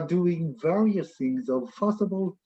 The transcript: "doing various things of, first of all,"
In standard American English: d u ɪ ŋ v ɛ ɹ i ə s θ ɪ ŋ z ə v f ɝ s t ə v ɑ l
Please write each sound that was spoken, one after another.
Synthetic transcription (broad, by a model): d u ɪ ŋ v ɛ ɹ i ə s θ ɪ ŋ z ə v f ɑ s ə b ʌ l